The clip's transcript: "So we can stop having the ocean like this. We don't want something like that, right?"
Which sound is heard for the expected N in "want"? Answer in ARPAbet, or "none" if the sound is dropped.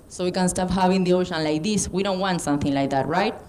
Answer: N